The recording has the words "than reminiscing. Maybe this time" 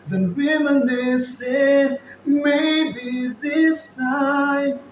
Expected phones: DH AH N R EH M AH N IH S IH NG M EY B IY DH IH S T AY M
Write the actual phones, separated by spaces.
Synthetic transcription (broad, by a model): DH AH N W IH M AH N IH S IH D M EY B IY DH IH S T AY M